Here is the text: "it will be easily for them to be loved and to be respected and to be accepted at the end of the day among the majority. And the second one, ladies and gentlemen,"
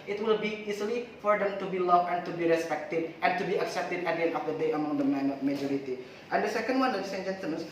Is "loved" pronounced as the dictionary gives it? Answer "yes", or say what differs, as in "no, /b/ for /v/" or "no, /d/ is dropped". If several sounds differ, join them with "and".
no, /d/ is dropped